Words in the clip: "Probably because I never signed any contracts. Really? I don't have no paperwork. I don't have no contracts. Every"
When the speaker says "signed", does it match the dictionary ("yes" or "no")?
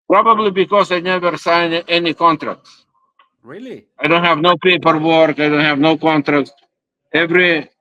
no